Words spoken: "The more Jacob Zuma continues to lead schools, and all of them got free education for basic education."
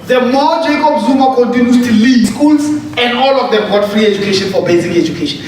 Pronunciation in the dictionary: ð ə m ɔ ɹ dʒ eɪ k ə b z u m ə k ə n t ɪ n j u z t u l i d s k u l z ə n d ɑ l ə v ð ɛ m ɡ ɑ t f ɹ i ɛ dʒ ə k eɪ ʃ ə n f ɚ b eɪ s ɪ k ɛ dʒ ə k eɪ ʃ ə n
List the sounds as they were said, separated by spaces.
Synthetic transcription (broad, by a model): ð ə m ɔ dʒ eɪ k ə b z u m ə k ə n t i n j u t u l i s k u l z ə n d ɑ l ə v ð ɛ m ɡ ɑ t f ɹ i ɛ dʒ ə k eɪ ʃ ə n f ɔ b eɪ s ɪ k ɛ dʒ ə k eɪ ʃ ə n